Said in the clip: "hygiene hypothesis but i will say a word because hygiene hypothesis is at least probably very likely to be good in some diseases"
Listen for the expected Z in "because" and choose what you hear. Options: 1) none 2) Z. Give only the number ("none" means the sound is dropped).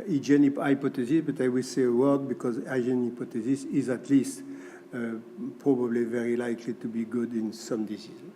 2